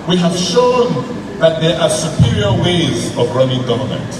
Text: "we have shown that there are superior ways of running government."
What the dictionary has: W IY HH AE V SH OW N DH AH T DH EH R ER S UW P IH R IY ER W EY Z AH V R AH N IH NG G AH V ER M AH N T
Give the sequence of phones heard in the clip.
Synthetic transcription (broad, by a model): W IY HH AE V SH OW N DH AH T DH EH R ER S UW P IH R IY ER W EY Z AH V R AH N IH NG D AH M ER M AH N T